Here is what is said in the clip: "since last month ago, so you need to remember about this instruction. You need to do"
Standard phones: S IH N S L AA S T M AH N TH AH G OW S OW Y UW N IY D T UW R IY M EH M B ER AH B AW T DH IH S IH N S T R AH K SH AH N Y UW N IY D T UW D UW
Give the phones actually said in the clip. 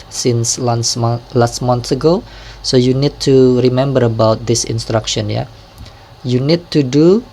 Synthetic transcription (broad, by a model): S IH N S L AA S T M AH N S AH G OW S OW Y UW N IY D T UW R IY M EH M B ER AH B AW T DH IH S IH N S T R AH K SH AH N Y UW N IY D T UW D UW